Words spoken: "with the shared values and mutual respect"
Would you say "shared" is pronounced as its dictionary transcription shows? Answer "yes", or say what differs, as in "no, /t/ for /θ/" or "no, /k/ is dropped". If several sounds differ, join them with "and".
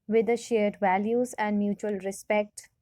yes